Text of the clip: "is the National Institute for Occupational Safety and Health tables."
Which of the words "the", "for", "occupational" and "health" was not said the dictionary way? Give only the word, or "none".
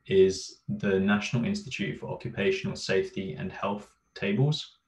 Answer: none